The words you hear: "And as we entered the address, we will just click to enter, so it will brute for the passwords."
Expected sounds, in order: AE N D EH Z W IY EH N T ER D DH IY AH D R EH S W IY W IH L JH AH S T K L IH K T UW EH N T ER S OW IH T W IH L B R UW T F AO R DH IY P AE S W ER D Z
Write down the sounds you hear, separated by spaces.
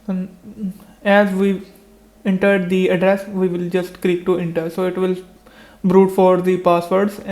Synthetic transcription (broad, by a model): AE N EH Z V IY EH N T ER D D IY AH D R EH S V IY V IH L JH AH S T K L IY K T UW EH N T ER S OW IH T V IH L B R UW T F AO R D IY P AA S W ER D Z